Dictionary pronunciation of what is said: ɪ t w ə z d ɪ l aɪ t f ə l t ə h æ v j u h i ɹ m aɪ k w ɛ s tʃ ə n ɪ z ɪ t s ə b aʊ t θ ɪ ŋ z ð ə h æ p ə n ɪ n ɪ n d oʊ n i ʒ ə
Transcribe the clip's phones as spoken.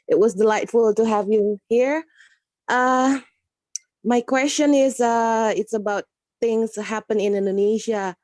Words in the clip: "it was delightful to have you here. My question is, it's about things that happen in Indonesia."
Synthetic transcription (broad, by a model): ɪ t w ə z d ɪ l aɪ t f ə l t ə h æ v j u h i ɹ m aɪ k w ɛ s tʃ ə n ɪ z ɪ t s ə b aʊ t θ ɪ ŋ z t h æ p ə n ɪ n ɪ n d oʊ n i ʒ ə